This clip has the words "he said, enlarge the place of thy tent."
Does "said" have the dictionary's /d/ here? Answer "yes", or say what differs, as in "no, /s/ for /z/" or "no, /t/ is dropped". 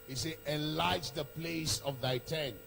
no, /d/ is dropped